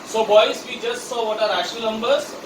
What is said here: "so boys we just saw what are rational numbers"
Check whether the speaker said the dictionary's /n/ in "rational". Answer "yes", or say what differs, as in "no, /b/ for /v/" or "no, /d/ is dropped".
no, /n/ is dropped